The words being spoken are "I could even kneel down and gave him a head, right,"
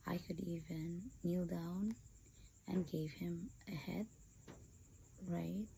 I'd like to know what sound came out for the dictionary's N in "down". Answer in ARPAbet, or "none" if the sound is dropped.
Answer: N